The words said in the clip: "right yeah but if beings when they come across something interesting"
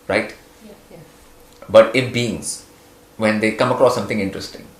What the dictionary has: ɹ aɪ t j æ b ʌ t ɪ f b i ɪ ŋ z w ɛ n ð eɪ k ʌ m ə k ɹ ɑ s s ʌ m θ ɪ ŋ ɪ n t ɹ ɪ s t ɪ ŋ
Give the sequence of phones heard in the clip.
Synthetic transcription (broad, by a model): ɹ aɪ t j b ʌ t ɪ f b i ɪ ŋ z w ɛ n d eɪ k ʌ m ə k ɹ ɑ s s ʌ m t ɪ ŋ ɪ n t ɹ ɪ s t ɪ ŋ